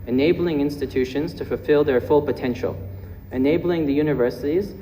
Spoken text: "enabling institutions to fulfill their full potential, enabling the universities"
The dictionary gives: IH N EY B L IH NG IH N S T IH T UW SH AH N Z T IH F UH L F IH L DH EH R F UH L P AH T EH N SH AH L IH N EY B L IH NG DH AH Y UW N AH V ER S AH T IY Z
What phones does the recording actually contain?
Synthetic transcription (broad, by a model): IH N EY B L IH NG IH N S T IH T UW SH AH N Z T IH F UH L F IH L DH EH R F UH L P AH T EH N SH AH L IH N EY B L IH NG DH AH Y UW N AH V ER S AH T IY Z